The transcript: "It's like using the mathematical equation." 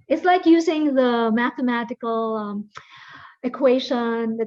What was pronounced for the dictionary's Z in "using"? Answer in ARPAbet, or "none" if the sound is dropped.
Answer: Z